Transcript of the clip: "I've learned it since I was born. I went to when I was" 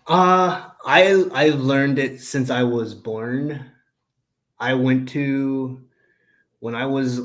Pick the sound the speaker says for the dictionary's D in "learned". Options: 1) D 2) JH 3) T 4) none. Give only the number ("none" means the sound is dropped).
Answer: 1